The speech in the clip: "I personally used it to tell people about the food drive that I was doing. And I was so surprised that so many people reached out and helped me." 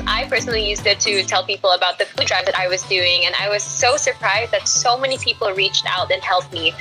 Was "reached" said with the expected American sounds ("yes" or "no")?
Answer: yes